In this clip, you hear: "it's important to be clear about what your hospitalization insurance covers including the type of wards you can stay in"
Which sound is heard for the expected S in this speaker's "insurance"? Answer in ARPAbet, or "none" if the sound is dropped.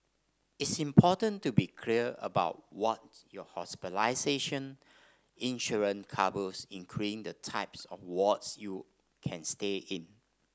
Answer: none